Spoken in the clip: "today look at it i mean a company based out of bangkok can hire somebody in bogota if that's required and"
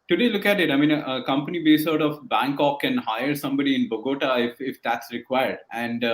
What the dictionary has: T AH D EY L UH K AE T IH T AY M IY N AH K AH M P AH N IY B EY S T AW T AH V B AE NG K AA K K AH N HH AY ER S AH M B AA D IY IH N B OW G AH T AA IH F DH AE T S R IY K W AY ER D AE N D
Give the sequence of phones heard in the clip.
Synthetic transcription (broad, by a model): T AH D EY L UH K AE T IH T AY M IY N AH K AH M P AH N IY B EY S AW T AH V B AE NG K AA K K AH N HH AY ER S AH M B AA D IY IH N B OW G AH T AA IH F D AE T S R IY K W AY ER D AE N D